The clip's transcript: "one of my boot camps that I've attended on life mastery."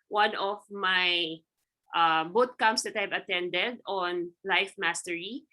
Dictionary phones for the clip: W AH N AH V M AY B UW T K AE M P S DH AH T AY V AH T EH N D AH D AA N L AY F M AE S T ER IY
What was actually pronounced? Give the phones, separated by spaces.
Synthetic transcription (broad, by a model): W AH N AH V M AY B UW T K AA M S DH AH T AY V AH T EH N D AH D AA N L AY F M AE S T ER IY